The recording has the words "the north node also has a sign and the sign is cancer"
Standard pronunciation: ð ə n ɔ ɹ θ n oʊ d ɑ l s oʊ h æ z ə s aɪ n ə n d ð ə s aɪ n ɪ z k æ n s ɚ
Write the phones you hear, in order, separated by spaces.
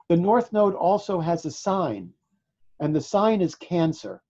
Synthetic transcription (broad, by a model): ð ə n ɔ ɹ θ n oʊ d ɑ l s oʊ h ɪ z ə s aɪ n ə n ð ə s aɪ n ɪ z k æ n s ɚ